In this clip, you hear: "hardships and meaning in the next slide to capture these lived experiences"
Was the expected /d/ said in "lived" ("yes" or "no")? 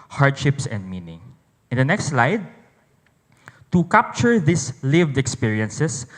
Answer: yes